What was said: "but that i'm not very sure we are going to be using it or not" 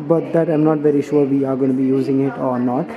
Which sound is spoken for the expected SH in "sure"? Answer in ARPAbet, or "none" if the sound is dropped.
SH